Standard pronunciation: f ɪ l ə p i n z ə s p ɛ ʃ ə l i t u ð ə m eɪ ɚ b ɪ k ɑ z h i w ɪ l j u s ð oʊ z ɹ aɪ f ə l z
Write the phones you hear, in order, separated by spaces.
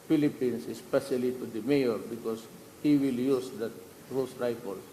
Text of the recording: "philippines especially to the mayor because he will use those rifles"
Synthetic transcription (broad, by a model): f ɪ l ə p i n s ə s p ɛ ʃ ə l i t u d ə m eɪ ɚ b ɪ k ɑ s h i w ɪ l j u s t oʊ s ɹ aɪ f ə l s